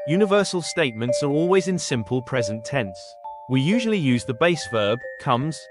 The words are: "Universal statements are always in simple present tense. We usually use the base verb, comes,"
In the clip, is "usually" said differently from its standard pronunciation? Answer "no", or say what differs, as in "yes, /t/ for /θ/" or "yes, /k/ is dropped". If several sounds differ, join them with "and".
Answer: no